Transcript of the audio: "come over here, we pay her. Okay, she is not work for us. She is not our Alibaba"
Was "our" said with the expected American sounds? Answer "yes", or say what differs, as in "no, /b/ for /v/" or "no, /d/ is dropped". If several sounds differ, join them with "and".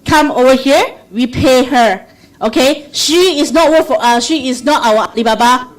no, /w/ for /ɹ/